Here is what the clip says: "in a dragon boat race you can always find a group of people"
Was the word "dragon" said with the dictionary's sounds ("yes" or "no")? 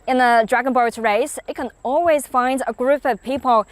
yes